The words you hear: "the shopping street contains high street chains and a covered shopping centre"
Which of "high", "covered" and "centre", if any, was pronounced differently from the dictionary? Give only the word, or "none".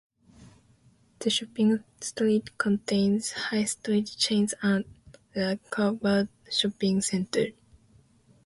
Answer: covered